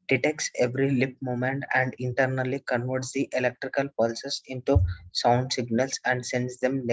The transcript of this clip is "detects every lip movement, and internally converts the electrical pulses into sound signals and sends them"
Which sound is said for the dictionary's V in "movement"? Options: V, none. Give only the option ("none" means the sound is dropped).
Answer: none